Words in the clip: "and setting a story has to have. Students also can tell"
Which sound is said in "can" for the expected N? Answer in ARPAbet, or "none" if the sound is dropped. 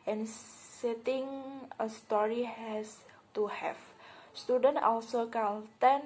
L